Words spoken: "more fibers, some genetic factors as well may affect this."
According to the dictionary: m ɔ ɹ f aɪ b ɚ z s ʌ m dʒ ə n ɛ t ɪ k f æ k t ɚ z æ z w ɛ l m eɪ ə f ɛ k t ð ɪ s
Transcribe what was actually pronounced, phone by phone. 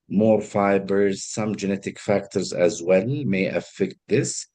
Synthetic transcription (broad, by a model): m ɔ ɹ f aɪ b ɚ z s ʌ m dʒ ə n ɛ t ɪ k f æ k t ɚ z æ z w ɛ l m eɪ ə f ɛ k t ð ɪ s